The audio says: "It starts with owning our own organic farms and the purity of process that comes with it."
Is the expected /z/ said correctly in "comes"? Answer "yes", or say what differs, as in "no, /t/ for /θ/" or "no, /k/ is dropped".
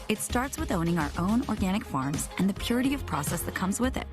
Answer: yes